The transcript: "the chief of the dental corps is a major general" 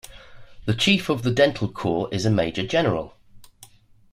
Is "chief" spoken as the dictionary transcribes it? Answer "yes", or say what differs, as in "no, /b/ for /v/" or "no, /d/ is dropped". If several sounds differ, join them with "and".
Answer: yes